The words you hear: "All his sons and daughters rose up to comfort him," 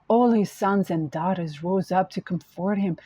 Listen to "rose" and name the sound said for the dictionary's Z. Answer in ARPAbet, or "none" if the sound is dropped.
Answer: Z